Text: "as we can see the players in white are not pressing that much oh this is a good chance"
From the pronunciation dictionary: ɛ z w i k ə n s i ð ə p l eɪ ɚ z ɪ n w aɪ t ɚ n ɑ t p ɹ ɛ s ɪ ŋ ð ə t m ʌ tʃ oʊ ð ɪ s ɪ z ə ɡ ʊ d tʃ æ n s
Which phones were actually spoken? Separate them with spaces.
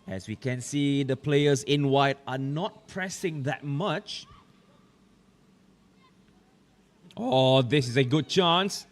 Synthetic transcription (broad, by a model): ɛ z w i k ə n s i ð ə p l eɪ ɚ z ɪ n w aɪ t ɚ n ɑ t p ɹ ɛ s ɪ ŋ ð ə t m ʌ tʃ oʊ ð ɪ s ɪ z ə ɡ ʊ d tʃ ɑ n s